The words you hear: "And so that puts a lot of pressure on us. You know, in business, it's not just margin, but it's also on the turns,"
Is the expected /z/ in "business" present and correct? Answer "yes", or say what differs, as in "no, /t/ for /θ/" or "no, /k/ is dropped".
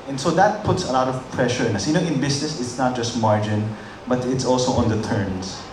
no, /s/ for /z/